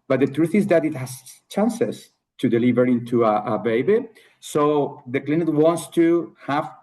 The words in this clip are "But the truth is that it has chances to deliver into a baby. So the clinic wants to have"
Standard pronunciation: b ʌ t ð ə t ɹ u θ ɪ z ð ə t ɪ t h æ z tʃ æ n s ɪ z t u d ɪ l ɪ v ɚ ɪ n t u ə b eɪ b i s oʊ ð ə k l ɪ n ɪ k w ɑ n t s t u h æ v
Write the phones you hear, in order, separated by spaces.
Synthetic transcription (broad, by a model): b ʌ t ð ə t ɹ u θ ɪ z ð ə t ɪ t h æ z tʃ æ n s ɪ s t u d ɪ l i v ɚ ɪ n t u ə b eɪ b i s oʊ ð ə k l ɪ n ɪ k w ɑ n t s t u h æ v